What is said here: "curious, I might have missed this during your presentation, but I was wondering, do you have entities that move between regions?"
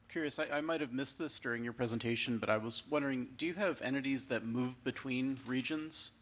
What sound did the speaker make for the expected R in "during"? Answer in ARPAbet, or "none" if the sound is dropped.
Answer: R